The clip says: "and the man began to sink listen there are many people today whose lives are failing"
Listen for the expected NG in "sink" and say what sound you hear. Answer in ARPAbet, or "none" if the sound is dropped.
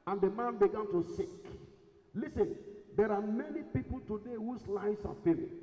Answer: none